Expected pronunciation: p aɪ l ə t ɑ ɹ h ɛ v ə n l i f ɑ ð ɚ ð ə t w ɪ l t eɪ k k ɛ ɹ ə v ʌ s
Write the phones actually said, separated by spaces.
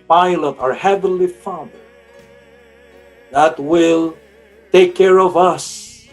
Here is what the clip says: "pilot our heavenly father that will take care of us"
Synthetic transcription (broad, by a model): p aɪ l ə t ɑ ɹ h ɛ v ə n l i f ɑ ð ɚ ð ə t w ɪ l t eɪ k k ɛ ɹ ə v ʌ s